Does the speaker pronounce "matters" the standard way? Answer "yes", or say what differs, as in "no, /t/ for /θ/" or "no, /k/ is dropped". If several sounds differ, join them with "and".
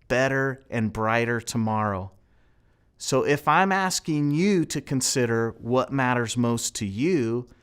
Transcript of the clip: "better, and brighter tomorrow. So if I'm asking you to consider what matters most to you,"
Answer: yes